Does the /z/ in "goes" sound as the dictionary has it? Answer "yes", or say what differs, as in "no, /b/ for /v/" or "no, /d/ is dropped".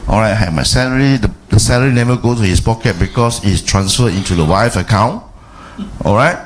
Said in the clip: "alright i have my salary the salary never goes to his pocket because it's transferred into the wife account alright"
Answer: no, /z/ is dropped